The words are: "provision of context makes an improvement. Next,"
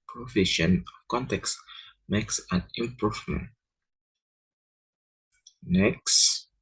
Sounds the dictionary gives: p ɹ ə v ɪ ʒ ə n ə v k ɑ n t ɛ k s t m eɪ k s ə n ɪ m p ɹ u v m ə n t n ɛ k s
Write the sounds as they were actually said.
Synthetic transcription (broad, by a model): p ɹ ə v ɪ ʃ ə n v k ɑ n t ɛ k s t m eɪ k s ə n ɪ m p ɹ u v m ə n t n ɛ k s